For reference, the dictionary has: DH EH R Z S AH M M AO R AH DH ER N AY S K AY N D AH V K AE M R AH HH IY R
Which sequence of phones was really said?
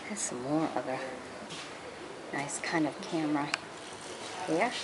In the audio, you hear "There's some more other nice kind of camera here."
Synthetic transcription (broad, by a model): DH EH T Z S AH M M AO R AH DH ER N AY S K AY N D AH V K AE M R AH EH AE